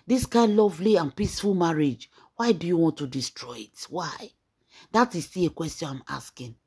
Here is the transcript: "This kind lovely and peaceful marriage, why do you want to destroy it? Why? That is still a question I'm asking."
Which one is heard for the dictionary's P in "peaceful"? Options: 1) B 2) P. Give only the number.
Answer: 2